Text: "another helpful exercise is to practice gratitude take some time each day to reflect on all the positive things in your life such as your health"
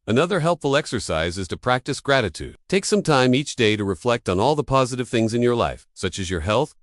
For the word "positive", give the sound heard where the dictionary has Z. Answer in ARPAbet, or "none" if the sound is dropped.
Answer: Z